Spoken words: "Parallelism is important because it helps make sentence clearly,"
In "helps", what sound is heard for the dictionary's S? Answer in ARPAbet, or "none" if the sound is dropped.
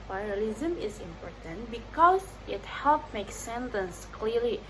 none